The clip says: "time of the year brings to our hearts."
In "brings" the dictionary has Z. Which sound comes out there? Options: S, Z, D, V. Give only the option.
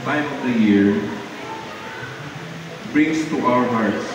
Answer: S